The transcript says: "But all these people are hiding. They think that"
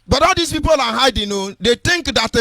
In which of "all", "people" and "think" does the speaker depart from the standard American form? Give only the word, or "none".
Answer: think